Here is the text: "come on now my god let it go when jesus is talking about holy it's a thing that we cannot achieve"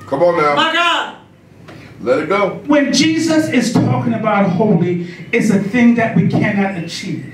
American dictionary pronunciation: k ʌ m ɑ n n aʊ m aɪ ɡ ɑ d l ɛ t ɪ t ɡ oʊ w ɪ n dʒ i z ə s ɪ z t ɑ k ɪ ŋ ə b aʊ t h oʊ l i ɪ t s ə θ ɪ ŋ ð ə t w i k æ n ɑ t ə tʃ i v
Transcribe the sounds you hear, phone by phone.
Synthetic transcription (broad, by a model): k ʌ m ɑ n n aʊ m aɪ ɡ ɑ d l ɛ t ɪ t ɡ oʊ w ɪ n dʒ i z ə s ɪ z t ɑ k ɪ ŋ ə b aʊ t h oʊ l i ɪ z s ə θ ɪ ŋ ð ə t w i k æ n ɑ t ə tʃ i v